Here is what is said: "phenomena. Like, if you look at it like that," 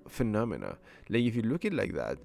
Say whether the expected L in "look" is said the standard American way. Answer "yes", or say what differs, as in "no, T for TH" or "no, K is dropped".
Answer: yes